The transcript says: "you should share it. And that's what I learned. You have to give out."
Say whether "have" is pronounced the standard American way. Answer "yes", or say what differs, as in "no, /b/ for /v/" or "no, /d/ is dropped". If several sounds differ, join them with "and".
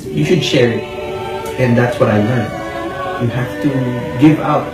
no, /f/ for /v/